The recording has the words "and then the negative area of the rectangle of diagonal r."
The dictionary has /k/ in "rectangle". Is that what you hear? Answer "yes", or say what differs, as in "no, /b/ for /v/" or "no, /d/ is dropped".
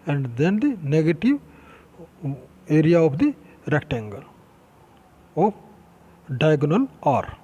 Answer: yes